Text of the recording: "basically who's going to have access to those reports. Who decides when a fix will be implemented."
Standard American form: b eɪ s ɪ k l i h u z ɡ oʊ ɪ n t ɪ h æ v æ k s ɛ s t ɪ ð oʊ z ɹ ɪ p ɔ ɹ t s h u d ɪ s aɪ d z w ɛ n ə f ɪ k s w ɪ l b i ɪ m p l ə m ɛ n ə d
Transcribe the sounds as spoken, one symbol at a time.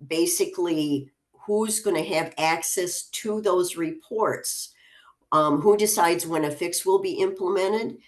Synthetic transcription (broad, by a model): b eɪ s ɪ k l i h u z ɡ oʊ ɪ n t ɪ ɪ v æ k s ɛ s t ɪ ð oʊ z ɹ ɪ p ɔ ɹ t s h u d ɪ s aɪ d z w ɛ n ə f ɪ k s w ɪ l b i ɪ m p l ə m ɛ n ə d